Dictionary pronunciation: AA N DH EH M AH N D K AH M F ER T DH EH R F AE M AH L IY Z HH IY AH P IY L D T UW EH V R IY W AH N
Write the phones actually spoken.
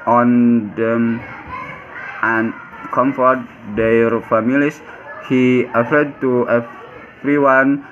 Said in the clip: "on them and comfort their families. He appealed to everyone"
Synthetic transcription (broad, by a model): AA N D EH M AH N K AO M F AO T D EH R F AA M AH L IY S HH IY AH F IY D T UW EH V R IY W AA N